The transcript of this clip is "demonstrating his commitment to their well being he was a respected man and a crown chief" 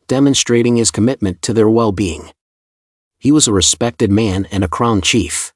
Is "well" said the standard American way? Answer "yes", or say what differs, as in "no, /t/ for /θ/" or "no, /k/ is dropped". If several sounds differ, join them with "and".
yes